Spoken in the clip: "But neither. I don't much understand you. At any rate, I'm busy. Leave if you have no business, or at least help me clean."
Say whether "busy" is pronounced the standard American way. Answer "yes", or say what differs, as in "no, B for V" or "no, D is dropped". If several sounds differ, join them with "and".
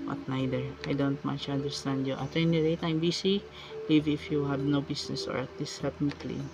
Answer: no, S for Z